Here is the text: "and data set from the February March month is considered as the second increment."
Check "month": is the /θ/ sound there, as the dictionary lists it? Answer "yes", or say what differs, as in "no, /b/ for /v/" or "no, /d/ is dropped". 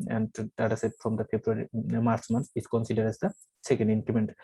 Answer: no, /s/ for /θ/